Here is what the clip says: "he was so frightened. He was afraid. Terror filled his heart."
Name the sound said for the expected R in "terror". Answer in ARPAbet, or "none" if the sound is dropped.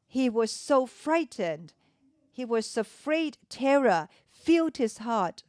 R